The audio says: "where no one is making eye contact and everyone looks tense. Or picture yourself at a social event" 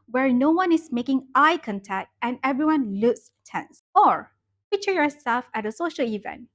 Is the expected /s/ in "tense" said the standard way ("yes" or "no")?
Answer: yes